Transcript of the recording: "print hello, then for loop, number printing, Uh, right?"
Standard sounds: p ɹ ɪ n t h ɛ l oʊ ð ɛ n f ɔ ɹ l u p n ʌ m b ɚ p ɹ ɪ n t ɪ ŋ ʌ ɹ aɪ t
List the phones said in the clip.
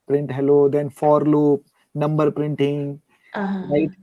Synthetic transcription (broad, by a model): p ɹ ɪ n t h ɛ l oʊ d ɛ n f ɔ ɹ l u p n ʌ m b ɚ p ɹ ɪ n t ɪ ŋ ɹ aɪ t